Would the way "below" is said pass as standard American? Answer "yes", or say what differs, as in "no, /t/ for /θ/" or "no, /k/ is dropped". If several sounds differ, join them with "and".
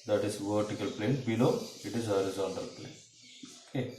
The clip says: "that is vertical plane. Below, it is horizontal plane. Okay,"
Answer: no, /n/ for /l/